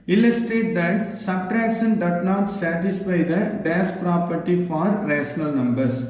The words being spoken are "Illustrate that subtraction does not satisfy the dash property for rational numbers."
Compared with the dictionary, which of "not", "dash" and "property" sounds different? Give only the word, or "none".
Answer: dash